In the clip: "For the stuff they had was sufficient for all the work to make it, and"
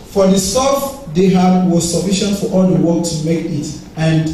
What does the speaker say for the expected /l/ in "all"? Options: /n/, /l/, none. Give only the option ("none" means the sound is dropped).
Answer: /l/